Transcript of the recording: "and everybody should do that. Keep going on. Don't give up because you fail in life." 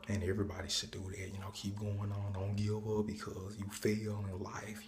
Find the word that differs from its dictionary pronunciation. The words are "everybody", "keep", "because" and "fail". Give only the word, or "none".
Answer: fail